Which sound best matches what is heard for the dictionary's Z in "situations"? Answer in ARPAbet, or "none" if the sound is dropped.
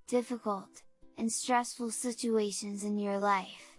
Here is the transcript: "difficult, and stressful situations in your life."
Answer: Z